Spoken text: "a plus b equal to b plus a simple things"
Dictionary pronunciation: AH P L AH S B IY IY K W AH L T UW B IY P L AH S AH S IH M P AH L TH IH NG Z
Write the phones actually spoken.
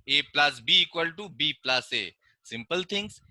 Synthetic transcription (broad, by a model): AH P L AH S B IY IY K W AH L T UW B IY P L AH S AH S IH M P AH L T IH NG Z